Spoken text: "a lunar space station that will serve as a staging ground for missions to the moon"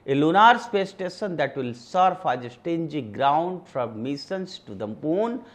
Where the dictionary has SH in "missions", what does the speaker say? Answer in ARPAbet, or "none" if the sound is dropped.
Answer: S